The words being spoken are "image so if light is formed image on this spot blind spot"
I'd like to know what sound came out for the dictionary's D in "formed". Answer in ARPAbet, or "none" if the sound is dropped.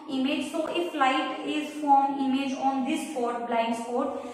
none